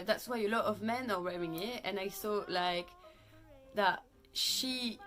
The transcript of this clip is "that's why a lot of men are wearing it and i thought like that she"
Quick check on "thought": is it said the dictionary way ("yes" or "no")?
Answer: no